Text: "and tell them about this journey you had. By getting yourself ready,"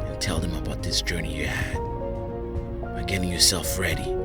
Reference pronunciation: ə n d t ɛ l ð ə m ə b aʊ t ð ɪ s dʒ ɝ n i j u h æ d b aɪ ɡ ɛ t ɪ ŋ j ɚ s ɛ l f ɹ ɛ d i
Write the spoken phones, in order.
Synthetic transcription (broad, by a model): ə n t ɛ l ð ə m ə b aʊ t ð ɪ s dʒ ɝ n i j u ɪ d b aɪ ɡ ɛ t ɪ ŋ j ɚ s ɛ l f ɹ ɛ d i